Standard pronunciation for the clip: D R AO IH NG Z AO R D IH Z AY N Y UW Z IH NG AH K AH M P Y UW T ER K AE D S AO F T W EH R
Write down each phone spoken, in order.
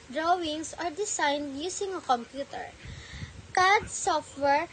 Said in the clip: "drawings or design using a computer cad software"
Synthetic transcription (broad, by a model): D R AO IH NG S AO R D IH S AY N Y UW S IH NG AH K AH M P Y UW T ER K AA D S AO F T W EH R